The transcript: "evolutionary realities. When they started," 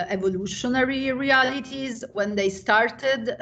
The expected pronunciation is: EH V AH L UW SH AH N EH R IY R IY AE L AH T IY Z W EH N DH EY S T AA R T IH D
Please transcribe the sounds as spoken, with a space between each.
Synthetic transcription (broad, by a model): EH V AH L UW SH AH N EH R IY R IY AE L AH T IY Z W EH N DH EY S T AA R T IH D